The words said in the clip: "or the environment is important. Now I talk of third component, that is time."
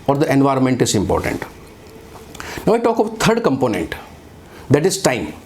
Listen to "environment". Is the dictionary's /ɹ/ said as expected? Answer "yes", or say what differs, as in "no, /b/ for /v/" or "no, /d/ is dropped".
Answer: yes